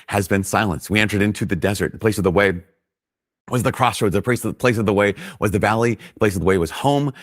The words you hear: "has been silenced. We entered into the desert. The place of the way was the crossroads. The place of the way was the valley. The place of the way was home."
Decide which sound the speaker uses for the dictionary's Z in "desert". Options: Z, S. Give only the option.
Z